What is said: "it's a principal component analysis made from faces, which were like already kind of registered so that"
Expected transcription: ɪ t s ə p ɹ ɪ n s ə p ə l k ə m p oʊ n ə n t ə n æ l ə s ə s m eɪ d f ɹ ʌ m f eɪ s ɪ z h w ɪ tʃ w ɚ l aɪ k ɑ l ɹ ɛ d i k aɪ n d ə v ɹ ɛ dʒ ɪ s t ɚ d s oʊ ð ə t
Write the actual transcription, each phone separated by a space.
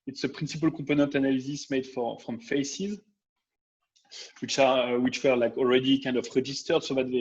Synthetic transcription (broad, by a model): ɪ t s ə p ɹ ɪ n s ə p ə l k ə p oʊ n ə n t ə n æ l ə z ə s m eɪ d f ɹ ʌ m f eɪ s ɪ z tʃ w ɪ tʃ w ɚ l aɪ k ɑ l ɹ ɛ d i k aɪ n d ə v ɹ ɛ dʒ ɪ s t ɚ d s oʊ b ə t